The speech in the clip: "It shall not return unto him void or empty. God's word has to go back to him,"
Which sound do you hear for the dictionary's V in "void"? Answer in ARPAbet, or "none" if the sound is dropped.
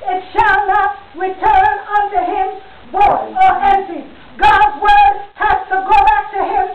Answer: B